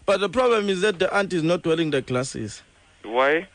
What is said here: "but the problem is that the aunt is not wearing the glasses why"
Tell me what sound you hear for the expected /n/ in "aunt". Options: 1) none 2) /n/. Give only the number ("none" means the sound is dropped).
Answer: 2